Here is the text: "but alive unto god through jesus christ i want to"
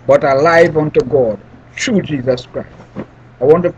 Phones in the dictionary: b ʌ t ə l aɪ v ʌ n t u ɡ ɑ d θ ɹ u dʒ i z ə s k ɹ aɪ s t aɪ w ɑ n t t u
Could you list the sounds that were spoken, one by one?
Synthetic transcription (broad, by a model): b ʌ t ə l aɪ v ʌ n t u ɡ ɑ d t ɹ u dʒ i z ə s k ɹ aɪ s t aɪ w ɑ n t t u